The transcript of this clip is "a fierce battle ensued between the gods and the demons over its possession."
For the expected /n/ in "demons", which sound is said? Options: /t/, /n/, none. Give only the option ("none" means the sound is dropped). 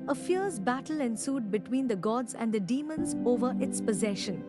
/n/